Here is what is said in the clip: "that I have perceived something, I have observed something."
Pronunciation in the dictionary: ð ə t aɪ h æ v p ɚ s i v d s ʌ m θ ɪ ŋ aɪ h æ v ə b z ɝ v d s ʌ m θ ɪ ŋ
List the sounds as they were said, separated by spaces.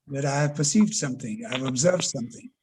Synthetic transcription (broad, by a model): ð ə t aɪ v p ɚ s i v d s ʌ m θ ɪ ŋ aɪ v ə b z ɝ v d s ʌ m θ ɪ ŋ